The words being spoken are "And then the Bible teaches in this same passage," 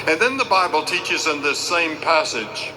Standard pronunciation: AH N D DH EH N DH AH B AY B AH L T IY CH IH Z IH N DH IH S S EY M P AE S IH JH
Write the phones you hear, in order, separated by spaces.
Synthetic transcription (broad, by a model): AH N DH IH N DH AH B AY B AH L T IY CH IH Z IH N DH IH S S EY M P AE S IH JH